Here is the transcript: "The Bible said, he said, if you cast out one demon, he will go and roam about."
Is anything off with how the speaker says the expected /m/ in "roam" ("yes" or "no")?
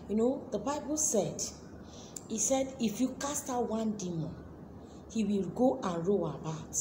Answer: yes